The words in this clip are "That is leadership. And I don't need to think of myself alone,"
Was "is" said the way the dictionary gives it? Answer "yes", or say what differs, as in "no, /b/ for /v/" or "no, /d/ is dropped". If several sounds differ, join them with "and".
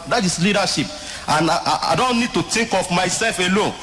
no, /s/ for /z/